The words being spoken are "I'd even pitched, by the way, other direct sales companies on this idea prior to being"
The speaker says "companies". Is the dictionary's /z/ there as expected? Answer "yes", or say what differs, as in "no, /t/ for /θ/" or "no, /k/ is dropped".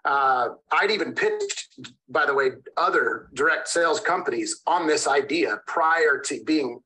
yes